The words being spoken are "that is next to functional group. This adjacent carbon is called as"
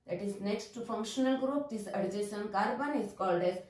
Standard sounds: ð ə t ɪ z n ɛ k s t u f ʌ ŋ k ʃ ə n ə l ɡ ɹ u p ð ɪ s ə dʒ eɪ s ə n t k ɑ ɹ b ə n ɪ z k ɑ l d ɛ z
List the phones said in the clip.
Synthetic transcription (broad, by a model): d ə t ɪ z n ɛ k s t u f ʌ ŋ k ʃ ə n ə l ɡ ɹ u p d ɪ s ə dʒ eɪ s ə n k ɑ ɹ b ə n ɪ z k ɑ l d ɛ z